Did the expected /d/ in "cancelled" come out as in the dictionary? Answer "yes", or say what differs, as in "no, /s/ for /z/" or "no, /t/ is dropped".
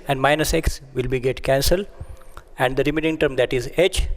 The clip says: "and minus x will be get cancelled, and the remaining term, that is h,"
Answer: no, /d/ is dropped